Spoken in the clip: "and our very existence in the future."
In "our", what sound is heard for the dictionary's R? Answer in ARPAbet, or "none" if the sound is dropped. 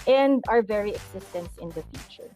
R